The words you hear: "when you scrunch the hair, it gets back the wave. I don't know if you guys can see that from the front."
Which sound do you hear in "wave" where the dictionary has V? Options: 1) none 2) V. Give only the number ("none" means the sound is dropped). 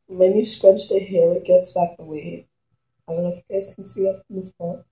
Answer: 1